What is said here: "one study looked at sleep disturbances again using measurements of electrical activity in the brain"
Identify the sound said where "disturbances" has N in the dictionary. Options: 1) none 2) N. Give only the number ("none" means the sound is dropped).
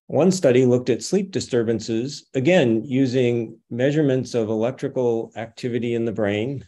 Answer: 2